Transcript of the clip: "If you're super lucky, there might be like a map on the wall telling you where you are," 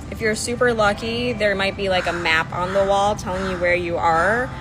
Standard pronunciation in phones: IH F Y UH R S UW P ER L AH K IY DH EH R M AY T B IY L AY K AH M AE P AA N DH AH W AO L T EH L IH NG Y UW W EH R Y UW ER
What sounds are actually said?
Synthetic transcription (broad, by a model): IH F Y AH R S UW P ER L AH K IY DH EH R M AY T B IY L AY K AH M AE P N DH AH W AO L T EH L IH NG Y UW W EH R Y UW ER